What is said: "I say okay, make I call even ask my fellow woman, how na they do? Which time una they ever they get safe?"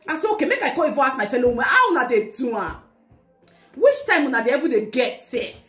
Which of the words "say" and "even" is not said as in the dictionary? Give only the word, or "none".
even